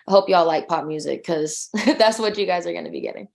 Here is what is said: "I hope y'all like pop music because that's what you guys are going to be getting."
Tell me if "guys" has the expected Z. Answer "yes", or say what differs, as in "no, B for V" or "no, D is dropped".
yes